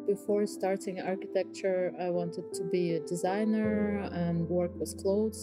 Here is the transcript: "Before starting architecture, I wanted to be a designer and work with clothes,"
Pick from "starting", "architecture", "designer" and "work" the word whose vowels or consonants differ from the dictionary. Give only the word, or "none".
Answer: none